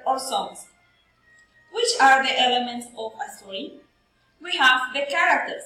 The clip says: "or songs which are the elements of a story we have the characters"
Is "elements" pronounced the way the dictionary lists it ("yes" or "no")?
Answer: yes